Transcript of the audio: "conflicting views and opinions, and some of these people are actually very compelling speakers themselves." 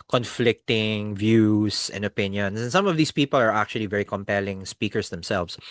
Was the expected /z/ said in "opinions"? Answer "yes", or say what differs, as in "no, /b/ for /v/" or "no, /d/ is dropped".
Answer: no, /s/ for /z/